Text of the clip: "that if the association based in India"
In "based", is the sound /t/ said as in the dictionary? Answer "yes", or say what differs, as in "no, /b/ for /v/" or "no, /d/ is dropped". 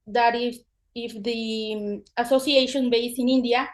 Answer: no, /t/ is dropped